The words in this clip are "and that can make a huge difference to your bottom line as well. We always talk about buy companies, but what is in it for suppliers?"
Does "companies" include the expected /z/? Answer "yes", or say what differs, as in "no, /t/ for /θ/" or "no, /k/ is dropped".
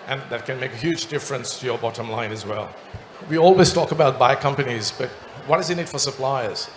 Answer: yes